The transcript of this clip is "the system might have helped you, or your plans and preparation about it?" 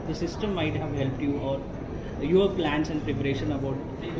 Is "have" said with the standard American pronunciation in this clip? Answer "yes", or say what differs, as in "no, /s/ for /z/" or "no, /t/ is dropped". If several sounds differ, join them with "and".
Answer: yes